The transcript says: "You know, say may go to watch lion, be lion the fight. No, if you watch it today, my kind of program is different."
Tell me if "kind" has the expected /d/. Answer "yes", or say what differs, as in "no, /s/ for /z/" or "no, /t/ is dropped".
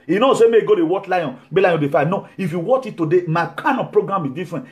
no, /d/ is dropped